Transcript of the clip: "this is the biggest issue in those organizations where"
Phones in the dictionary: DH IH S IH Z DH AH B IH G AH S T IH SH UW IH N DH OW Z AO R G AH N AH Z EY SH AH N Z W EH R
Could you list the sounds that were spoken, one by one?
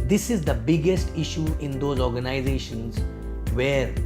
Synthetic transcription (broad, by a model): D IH S IH Z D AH B IH G AH S T IH SH UW IH N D OW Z AO R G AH N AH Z EY SH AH N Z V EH R